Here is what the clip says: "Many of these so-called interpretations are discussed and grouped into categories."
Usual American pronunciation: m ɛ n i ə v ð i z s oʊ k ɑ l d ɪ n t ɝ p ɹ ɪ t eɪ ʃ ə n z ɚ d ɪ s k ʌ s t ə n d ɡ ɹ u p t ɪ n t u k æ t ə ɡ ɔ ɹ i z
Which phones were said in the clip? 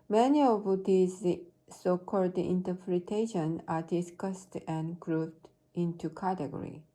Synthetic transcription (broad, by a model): m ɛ n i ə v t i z s oʊ k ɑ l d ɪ n t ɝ p ɹ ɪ t eɪ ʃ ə n ɚ d ɪ s k ʌ s t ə n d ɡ ɹ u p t ɪ n t u k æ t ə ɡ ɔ ɹ i